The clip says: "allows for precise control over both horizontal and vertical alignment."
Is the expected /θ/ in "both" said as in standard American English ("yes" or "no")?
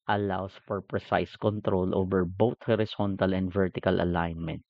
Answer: no